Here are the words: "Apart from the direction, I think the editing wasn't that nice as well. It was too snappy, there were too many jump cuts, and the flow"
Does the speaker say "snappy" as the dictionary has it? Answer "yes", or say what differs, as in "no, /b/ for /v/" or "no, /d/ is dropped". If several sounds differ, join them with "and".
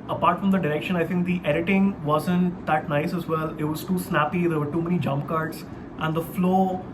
yes